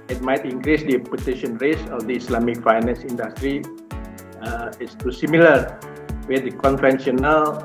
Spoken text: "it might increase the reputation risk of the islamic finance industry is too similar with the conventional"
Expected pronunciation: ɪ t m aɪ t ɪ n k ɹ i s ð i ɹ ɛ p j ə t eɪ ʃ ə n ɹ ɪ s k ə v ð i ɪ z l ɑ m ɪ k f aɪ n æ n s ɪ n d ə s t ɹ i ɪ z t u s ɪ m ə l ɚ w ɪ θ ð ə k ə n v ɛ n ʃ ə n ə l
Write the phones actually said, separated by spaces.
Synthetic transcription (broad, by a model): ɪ t m aɪ t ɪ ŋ k ɹ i s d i p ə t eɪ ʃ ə n ɹ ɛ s ə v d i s l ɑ m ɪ k f aɪ n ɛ n s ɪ n d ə s t ɹ i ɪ s t u s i m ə l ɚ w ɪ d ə k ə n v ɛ n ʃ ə n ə l